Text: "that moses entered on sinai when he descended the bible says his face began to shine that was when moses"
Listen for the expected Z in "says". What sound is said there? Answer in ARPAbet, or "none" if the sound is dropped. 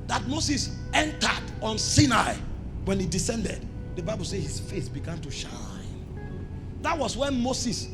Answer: none